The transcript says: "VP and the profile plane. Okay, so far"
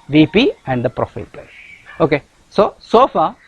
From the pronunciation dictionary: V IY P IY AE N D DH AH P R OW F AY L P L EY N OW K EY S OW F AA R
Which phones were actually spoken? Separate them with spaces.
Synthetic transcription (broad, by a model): V IY P IY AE N D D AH P R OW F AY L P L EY OW K EY S OW F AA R